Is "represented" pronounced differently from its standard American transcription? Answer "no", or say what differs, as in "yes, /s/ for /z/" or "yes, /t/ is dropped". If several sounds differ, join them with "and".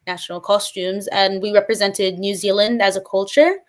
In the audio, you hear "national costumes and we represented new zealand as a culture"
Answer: no